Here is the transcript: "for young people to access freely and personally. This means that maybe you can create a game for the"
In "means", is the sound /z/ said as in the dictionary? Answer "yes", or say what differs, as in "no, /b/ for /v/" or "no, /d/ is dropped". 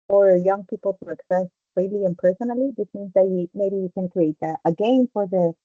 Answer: yes